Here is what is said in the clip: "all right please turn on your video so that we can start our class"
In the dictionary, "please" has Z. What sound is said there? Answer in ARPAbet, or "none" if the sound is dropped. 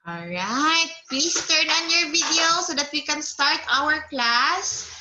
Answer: S